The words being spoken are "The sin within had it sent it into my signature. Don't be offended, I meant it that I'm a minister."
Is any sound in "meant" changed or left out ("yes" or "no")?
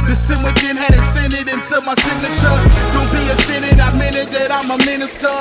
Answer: yes